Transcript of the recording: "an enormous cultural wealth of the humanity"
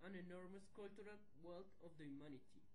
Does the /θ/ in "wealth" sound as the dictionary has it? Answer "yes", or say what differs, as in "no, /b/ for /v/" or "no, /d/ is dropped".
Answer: no, /t/ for /θ/